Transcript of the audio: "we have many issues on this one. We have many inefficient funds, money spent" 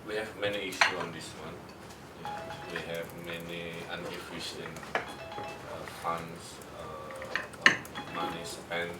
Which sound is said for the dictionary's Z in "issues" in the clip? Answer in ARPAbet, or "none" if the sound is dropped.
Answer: none